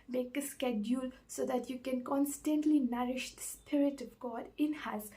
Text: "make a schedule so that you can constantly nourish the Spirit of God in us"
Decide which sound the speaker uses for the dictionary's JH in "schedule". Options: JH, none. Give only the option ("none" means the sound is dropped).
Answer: JH